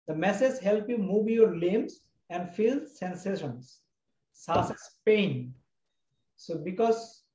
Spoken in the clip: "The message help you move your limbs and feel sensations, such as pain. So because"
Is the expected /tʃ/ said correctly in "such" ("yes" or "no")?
no